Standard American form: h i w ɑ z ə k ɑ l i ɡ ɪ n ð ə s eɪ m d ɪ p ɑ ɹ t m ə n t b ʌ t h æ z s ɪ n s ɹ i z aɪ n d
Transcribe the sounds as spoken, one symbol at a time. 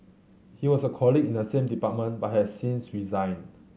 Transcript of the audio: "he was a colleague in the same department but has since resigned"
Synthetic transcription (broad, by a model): h i w ɑ s ə k ɑ l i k ɪ n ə s eɪ m d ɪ p ɑ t m ə n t b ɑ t h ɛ s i n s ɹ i z aɪ n